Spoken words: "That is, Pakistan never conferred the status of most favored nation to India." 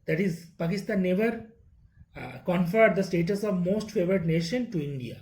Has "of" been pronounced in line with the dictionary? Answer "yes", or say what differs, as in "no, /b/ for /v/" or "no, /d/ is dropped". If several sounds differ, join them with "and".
yes